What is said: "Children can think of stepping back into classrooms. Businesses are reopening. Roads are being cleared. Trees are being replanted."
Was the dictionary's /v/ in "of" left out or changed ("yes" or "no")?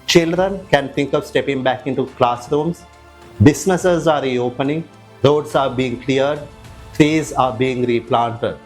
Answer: no